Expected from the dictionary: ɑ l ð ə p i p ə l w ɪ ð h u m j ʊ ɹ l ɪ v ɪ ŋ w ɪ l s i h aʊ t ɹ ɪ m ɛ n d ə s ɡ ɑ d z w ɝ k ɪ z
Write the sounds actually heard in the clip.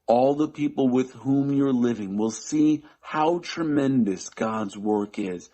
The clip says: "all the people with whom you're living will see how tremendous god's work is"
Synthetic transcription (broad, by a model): ɑ l ð ə p i p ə l w ɪ ð h u m j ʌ ɹ l ɪ v ɪ ŋ w ɪ l s i h aʊ t ɹ ɪ m ɛ n d ə s ɡ ɑ d z w ɝ k ɪ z